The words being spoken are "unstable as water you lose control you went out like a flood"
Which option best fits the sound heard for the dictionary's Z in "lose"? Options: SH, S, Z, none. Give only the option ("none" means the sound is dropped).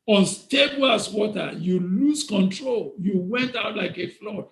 S